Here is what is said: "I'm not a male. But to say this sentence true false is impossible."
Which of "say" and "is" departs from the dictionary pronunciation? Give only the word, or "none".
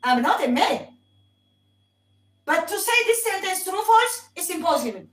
is